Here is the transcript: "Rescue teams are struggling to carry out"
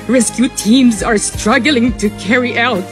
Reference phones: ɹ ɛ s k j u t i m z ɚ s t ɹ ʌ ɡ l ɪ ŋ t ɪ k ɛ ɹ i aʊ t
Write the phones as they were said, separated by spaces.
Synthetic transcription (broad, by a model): ɹ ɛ s k j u t i m z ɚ s t ɹ ʌ ɡ l ɪ ŋ t ɪ k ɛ ɹ i aʊ t